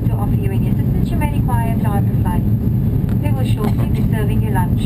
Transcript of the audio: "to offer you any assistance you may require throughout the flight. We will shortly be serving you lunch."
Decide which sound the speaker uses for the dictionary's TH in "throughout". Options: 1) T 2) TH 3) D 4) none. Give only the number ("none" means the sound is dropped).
1